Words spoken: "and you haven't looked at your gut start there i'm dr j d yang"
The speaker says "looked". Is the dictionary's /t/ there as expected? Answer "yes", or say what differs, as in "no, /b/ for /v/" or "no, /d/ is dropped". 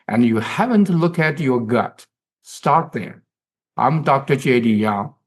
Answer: no, /t/ is dropped